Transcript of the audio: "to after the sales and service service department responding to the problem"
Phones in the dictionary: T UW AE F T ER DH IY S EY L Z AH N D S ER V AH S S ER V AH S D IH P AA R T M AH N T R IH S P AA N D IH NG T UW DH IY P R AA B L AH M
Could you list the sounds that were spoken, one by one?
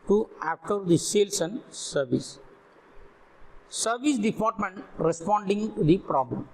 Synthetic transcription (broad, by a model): T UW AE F T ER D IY S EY L S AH N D S ER V AH S S ER V AH S D IH P AA R T M AH N T R IH S P AA N D IH NG T UW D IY P R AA B L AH M